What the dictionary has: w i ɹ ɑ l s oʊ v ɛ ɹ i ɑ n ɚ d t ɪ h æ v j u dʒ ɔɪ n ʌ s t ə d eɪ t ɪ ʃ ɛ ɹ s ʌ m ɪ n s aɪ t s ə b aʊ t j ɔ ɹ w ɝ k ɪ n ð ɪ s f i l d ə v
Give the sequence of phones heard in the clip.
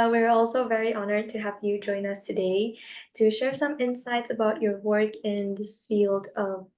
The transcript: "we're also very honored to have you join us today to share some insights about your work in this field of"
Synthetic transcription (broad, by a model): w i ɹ ɑ l s oʊ v ɛ ɹ i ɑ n ɚ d t ɪ h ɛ p j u dʒ ɔɪ n ʌ s t ə d eɪ t ɪ ʃ ɛ ɹ s ʌ m ɪ n s aɪ t s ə b aʊ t j ɔ ɹ w ɝ k ɪ n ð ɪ s f i l d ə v